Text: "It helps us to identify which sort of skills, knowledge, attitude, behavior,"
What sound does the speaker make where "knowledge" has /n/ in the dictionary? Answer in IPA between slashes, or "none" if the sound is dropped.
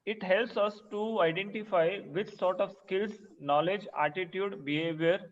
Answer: /n/